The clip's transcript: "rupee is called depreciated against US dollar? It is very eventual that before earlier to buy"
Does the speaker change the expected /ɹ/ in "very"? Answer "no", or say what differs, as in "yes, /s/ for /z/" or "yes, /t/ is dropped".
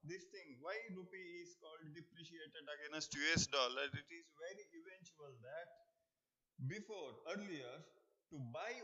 no